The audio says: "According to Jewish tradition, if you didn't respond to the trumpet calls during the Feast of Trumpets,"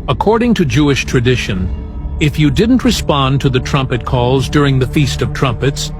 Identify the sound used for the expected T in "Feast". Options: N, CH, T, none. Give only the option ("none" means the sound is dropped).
T